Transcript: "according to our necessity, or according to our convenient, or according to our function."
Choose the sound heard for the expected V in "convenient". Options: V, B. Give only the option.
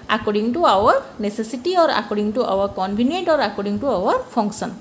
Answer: B